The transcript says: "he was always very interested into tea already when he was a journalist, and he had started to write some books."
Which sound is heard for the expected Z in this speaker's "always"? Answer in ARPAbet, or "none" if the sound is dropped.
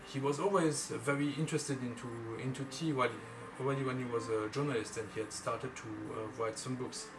Z